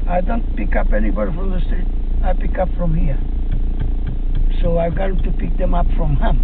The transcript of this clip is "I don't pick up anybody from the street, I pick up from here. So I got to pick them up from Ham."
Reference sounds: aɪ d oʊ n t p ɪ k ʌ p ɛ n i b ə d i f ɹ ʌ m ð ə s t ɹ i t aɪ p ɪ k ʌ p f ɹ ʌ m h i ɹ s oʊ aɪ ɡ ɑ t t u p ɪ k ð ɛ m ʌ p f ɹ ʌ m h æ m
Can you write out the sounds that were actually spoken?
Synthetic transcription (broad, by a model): aɪ d oʊ n t p ɪ k ʌ p ɛ n i b ə d i f ɹ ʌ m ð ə s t ɛ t aɪ p ɪ k ʌ p f ɹ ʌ m h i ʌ s oʊ aɪ ɡ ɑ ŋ t u p ɪ k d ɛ m ʌ p f ɹ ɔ m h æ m